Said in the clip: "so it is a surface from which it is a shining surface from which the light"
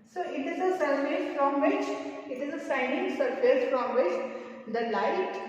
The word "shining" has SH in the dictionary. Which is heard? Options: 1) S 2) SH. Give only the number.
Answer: 1